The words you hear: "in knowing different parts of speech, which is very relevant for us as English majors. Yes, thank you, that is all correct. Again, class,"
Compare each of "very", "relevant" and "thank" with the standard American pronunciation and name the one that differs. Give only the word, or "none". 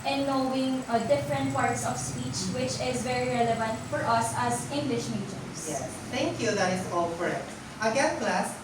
thank